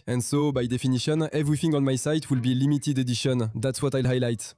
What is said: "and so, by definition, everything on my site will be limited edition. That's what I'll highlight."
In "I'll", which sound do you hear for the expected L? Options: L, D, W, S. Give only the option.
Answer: L